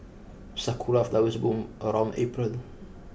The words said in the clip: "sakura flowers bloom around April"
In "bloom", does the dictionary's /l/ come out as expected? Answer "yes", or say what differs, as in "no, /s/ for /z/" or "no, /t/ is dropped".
no, /l/ is dropped